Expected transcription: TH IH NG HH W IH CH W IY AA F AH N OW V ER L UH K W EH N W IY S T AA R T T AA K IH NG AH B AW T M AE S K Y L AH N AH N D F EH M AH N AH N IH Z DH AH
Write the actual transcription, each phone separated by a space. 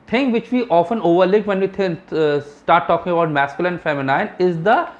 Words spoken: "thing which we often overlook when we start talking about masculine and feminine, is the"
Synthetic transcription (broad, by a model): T IH NG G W IH CH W IY AA F AH N OW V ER L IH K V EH N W IY S T AA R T T AA K IH NG AH B AW T M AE S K Y AH L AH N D F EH M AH N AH N IH Z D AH